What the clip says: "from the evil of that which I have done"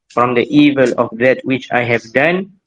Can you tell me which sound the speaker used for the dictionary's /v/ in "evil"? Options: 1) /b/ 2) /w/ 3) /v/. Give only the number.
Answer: 3